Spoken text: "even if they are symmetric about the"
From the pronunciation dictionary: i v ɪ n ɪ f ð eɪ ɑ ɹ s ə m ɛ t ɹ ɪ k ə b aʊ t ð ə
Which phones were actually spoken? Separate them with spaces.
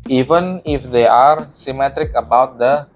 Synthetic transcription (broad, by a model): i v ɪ n ɪ f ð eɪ ɑ ɹ s ə m ɛ t ɹ ɪ k ə b aʊ t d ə